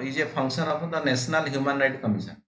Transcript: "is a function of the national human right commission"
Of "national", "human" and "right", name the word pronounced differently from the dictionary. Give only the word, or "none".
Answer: national